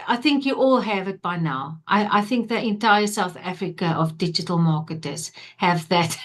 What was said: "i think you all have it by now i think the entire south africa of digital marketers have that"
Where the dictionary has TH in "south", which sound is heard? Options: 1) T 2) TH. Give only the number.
2